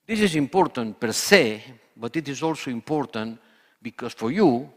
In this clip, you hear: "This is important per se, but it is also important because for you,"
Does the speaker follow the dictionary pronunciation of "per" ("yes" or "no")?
yes